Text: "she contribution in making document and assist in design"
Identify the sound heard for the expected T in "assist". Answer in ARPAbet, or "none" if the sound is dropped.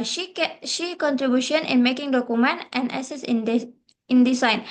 none